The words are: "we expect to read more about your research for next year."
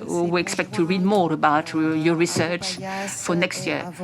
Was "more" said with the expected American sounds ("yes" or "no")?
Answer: yes